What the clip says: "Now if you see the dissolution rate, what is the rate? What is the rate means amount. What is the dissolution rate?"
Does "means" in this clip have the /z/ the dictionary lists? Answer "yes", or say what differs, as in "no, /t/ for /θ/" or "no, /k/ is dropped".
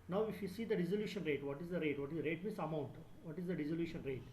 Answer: no, /s/ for /z/